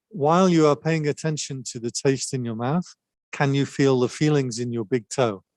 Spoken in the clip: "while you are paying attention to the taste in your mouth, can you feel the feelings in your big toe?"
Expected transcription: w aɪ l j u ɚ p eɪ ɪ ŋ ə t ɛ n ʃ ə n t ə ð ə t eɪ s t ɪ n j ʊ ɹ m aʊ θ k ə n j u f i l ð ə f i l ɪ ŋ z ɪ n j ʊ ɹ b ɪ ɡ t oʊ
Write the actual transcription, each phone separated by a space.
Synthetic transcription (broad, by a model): w aɪ l j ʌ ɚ p eɪ ɪ ŋ ə t ɛ n ʃ ə n t ə ð ə t eɪ s t ɪ n j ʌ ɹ m aʊ θ k ə n j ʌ f i l ð ə f i l ɪ ŋ z ɪ n j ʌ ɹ b ɪ ɡ t oʊ